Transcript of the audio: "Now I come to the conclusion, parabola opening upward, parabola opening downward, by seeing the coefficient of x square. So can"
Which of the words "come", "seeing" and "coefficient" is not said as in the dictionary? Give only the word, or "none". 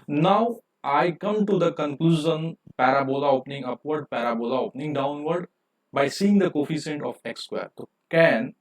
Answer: coefficient